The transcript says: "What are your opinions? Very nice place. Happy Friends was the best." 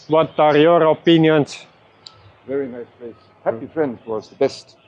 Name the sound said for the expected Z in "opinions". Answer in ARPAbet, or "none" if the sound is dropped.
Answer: S